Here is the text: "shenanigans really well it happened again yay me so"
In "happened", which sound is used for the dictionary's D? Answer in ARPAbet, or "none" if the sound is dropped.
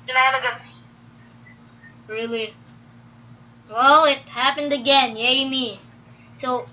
D